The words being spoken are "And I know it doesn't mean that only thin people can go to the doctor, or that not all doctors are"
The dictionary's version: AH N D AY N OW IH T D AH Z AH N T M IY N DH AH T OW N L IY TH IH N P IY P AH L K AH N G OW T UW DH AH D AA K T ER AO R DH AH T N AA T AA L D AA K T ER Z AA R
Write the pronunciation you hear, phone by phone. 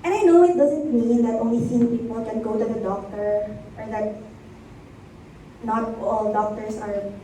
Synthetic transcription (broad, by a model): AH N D AY N OW IH T D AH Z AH N T M IY N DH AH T OW N L IY S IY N P IY P AH L K AH N G OW T UW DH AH D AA K T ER AO R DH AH T N AA T AA L D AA K T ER S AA R